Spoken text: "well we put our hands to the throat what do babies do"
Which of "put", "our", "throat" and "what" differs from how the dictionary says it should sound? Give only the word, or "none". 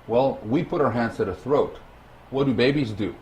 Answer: none